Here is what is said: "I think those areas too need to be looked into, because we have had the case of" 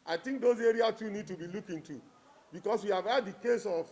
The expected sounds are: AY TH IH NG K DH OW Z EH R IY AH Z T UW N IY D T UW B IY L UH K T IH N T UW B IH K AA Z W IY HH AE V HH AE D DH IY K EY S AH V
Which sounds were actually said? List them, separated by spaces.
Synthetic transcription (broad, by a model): AY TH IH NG K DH OW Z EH R IY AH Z T UW N IY D T UW B IY L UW K IH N T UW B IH K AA S W IY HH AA V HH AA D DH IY K EY S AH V